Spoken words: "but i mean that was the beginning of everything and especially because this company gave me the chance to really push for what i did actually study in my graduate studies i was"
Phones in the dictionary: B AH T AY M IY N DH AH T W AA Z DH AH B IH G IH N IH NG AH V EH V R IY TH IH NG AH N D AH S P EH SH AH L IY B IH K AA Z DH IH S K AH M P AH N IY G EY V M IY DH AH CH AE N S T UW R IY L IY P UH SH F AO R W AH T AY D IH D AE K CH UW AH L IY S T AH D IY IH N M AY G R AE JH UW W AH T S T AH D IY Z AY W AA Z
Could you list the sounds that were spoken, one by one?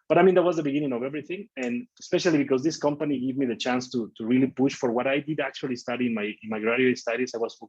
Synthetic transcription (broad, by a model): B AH T AY M IY N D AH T W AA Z DH AH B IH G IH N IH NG AH V EH V R IY TH IH NG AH N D AH S P EH SH AH L IY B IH K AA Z DH IH S K AH M P AH N IY G EY V M IY DH AH CH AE N S T UW R IY L IY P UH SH F AO R W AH T AY D IH D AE K CH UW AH L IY S T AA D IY IH N M AY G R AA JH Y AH S T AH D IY S AY W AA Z